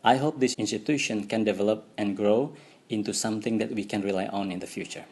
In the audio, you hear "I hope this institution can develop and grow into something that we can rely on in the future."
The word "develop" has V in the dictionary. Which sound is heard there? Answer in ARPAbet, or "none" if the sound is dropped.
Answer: V